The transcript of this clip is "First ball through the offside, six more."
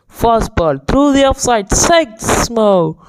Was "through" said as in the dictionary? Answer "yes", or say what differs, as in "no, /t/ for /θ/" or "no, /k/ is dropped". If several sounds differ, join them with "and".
no, /t/ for /θ/